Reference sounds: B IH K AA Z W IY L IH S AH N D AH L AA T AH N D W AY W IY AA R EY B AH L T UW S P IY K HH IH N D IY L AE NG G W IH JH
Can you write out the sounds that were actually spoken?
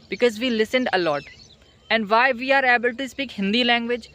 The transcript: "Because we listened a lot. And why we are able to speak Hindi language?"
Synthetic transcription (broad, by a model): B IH K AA Z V IY L IH S AH N D AH L AA T AH N D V AY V IY AA R EY B AH L T UW S P IY K HH IH N D IY L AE NG G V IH JH